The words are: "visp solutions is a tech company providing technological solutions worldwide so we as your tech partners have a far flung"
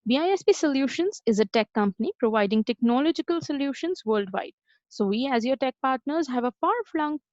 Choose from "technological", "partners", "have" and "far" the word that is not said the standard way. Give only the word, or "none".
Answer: none